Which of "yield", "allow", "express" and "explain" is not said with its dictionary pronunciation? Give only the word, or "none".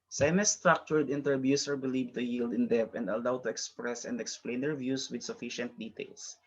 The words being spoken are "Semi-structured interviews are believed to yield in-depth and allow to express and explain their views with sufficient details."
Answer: none